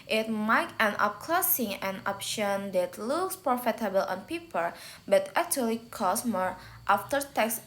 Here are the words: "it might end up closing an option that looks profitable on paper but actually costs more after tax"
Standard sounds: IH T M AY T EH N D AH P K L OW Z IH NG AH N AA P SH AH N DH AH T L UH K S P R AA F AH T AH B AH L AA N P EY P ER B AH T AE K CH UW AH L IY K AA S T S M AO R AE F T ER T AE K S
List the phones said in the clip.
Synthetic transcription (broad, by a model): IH T M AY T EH N AH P K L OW S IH NG AH N AA P SH AH N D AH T L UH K S P R AA F AH T AH B AH L AA N P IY P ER B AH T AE K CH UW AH L IY K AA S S M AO R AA F T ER T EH K S